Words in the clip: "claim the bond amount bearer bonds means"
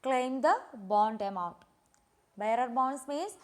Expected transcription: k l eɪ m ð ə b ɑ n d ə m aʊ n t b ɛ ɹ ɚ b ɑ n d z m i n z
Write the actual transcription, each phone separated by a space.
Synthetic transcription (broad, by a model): k l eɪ m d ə b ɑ n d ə m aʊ t b ɛ ɹ ɚ b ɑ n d s m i n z